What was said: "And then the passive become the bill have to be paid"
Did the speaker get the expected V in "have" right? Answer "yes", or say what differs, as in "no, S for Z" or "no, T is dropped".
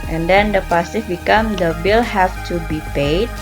no, F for V